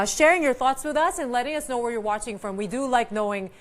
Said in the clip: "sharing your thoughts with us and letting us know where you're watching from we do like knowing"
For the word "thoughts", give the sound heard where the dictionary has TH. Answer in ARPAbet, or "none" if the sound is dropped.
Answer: TH